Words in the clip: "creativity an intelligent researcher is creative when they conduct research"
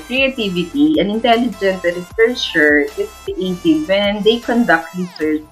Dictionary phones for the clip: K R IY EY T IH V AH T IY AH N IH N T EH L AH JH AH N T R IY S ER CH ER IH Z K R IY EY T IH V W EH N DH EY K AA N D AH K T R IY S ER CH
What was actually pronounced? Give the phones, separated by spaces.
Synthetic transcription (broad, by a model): K R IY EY T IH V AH T IY AH N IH N T EH L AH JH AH N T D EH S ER SH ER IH S K R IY EY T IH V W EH N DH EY K AA N D AH K T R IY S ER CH